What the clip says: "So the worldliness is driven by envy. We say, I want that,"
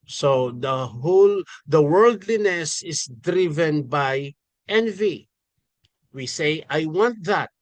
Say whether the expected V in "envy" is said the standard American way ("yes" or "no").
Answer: yes